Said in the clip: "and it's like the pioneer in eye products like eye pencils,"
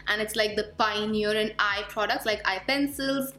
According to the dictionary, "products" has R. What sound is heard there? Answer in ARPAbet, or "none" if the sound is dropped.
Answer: R